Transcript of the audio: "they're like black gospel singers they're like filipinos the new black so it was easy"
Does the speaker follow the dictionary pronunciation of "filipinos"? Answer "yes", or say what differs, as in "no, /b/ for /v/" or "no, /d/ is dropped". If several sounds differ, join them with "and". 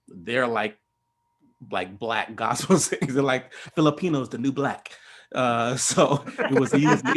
yes